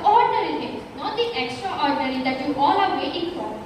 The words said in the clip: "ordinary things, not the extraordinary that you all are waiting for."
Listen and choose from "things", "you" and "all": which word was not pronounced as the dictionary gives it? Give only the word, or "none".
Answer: things